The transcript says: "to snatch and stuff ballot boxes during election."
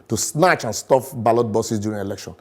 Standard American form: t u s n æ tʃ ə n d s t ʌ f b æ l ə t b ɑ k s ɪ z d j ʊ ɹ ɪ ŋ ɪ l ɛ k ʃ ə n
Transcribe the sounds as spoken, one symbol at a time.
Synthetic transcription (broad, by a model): t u s n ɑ tʃ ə n s t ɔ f b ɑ l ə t b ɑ s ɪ s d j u ɹ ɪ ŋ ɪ l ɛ k ʃ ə n